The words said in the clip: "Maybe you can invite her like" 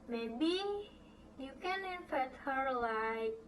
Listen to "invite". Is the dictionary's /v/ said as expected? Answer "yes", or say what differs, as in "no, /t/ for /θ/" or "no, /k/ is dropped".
no, /f/ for /v/